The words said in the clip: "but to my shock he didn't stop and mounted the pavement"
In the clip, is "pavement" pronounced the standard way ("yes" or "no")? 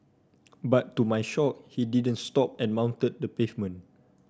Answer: no